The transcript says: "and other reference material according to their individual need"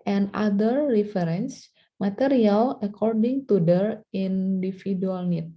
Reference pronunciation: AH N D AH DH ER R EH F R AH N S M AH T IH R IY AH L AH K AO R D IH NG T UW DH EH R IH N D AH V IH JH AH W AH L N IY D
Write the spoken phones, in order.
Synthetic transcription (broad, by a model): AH N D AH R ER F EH R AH N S M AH T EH R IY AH L AH K AO R D IH NG T UW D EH R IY N D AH F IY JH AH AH L N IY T